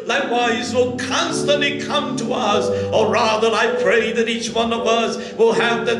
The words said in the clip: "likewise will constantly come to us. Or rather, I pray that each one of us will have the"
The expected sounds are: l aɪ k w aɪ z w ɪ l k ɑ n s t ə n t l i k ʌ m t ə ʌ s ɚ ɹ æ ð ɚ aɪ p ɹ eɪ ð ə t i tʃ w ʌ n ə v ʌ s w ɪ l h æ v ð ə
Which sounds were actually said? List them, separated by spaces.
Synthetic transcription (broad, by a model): l aɪ k w aɪ z w ɪ l k ɑ n s t ə n t l i k ʌ m t ə ʌ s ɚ ɹ æ ð ɚ aɪ p ɹ eɪ ð ə t i tʃ w ʌ n ə v ʌ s w ɪ l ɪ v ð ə